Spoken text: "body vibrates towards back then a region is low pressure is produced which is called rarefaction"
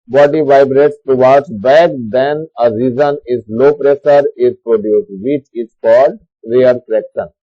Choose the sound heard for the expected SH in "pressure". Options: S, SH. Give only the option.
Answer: S